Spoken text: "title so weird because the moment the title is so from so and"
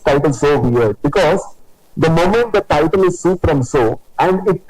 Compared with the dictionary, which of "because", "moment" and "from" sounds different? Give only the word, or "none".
from